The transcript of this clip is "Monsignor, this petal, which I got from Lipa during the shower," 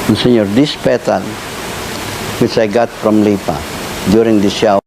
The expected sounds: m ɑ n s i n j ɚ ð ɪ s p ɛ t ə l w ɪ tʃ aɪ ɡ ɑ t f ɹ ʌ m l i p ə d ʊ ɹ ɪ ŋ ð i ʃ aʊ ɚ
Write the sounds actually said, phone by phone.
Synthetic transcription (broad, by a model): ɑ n s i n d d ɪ s p ɛ t ə l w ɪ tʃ aɪ ɡ ɑ t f ɹ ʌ m l i p ə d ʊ ɹ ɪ ŋ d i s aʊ